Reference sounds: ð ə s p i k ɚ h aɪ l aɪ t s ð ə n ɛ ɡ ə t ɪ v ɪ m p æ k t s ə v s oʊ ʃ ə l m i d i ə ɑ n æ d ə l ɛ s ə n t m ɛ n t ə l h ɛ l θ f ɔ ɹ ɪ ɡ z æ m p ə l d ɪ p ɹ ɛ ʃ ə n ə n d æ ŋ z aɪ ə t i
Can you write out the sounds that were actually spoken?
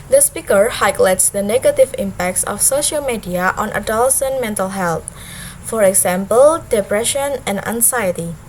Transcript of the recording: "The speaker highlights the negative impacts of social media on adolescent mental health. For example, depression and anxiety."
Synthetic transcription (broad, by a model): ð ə s p i k ɚ h aɪ l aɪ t s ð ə n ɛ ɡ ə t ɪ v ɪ m p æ k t s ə f s oʊ ʃ ə l m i d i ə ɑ n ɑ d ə l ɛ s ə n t m ɛ n t ə l h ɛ l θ f ɔ ɹ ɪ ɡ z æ m p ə l d ɪ p ɹ ɛ ʃ ə n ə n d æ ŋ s aɪ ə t i